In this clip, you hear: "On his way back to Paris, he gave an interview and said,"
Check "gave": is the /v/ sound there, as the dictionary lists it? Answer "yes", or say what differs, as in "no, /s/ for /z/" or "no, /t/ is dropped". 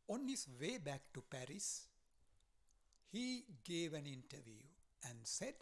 yes